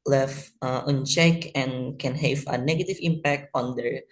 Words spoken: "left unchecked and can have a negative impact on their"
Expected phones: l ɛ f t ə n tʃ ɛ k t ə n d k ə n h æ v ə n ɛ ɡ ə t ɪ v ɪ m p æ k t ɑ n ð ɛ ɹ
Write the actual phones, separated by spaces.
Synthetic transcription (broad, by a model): l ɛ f t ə n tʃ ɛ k ə n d k ə n h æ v ə n ɛ ɡ ə t ɪ v ɪ m p æ k t ɑ n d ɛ ɹ